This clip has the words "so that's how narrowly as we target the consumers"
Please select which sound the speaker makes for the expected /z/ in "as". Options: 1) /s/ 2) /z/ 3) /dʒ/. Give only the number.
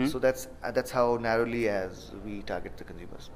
2